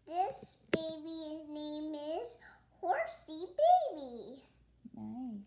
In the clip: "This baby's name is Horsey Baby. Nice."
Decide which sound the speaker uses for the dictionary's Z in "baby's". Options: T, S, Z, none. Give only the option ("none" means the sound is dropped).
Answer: Z